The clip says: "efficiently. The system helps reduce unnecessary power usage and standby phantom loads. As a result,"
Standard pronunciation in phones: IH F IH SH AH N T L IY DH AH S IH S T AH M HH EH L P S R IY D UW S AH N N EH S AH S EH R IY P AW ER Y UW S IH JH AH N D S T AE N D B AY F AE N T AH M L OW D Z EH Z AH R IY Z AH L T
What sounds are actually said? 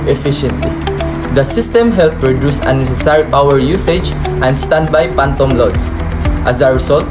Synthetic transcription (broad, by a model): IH F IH SH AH N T L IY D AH S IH S T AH M HH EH L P R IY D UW S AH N N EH S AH S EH R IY P AW ER Y UW S IH JH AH N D S T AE N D B AY P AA N T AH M L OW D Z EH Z AH R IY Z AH L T